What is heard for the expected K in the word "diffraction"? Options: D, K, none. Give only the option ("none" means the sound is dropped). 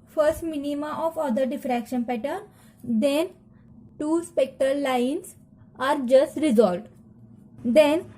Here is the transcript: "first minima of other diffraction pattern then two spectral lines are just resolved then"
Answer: K